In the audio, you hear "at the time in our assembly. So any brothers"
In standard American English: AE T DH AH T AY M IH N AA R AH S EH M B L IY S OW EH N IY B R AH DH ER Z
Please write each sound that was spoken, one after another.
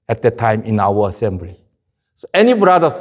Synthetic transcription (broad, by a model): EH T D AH T AY M IH N AA W AH S EH M B L IY S OW EH N IY B R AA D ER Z